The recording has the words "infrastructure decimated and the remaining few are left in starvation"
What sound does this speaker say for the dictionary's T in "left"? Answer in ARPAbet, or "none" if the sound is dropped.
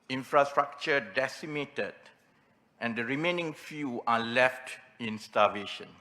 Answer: T